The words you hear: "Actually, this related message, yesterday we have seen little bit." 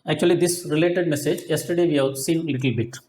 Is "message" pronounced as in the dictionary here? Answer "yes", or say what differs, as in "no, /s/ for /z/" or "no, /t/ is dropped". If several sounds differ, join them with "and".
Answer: yes